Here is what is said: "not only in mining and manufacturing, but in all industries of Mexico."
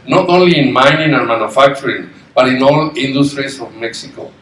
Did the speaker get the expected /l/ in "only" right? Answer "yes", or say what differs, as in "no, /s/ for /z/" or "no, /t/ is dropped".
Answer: yes